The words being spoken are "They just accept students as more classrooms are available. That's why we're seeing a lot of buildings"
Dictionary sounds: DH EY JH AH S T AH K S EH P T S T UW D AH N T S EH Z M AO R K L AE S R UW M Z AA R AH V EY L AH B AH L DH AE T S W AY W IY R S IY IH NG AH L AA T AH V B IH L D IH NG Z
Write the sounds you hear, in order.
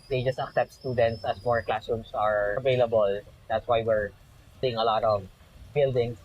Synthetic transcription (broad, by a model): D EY JH AH S T AH K S EH P T S T UW D AH N T S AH S M AO R K L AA S UW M S AA R AH V EY L AH B AH L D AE T S W AY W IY R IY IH NG AH L AA T AH V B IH L D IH NG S